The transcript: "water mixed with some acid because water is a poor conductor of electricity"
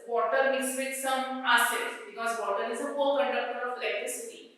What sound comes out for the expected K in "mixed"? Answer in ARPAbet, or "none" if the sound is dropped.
none